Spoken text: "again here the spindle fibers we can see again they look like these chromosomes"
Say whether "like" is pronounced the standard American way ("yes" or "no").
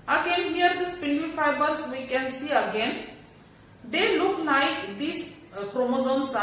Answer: no